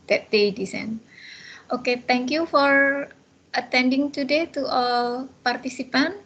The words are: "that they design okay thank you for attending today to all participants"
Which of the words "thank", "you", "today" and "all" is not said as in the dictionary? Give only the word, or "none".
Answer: thank